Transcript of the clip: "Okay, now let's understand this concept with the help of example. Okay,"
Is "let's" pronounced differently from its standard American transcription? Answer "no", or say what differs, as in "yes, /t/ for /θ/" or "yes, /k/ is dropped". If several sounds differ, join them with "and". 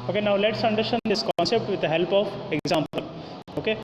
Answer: no